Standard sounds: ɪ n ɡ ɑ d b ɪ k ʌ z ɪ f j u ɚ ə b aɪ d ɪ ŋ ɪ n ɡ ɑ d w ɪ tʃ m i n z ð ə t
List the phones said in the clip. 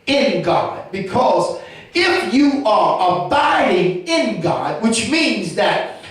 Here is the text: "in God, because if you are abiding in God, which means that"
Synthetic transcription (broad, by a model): ɪ n ɡ ɑ d b ɪ k ʌ z ɪ f j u ɚ ə b aɪ d ɪ ŋ ɪ n ɡ ɑ d w ɪ tʃ m i n z ð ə t